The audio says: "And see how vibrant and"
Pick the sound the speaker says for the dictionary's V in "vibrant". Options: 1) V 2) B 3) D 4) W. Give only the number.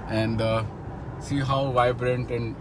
1